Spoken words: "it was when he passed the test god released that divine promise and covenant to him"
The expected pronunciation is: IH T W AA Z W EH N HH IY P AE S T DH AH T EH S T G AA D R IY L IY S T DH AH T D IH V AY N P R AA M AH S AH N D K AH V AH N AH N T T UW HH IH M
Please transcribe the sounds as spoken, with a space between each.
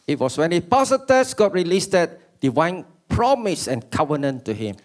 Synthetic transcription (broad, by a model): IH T W AA S W EH N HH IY P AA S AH T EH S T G AA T R IY L IY S T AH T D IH W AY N P R AA M AH S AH N K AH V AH N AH N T T UW HH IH M